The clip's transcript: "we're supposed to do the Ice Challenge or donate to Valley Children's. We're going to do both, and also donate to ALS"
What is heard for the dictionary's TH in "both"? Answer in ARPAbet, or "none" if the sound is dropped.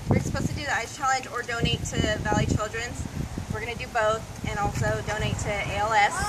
TH